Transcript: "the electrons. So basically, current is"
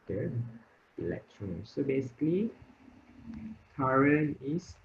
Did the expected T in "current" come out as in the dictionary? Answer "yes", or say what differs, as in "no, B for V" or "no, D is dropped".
no, T is dropped